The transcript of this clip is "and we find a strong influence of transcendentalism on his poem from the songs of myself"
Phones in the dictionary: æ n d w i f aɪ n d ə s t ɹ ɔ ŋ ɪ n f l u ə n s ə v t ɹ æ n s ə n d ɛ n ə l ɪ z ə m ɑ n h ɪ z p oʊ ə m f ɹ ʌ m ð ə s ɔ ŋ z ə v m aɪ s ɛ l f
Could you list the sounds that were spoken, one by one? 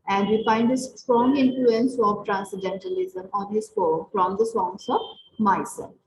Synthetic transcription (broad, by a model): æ n d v i f aɪ n d ə s t ɹ ɔ ŋ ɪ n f l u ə n s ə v t ɹ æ n s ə d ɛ n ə l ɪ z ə m ɑ n h ɪ z f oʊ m f ɹ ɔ m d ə s ɔ ŋ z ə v m aɪ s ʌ